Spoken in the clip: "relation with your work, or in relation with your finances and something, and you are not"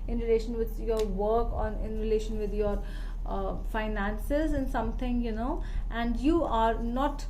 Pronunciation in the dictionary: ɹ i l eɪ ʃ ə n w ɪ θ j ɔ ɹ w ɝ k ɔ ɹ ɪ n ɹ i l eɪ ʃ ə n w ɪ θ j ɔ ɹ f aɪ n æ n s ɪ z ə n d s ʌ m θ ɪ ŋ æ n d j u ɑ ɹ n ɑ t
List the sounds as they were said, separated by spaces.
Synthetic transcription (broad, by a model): ɹ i l eɪ ʃ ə n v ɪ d j ɔ ɹ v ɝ k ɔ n ɪ n ɹ i l eɪ ʃ ə n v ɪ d j ɔ ɹ f aɪ n æ n s ɪ z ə n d s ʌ m t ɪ ŋ æ n d j u ɑ ɹ n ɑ t